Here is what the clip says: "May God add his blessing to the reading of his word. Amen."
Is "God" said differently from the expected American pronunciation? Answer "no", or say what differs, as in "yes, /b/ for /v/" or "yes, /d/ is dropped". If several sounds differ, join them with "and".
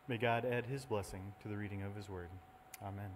no